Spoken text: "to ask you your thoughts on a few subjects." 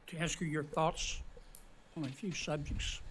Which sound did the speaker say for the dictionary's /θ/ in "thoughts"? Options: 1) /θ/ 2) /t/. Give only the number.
1